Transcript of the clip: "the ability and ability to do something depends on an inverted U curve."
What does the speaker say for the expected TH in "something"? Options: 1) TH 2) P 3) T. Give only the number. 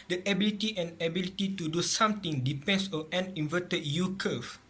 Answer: 3